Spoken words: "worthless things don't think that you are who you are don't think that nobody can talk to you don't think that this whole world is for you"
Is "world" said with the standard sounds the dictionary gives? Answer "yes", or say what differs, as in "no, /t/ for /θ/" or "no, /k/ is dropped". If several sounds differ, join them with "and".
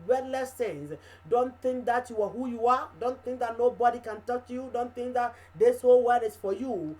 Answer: no, /d/ is dropped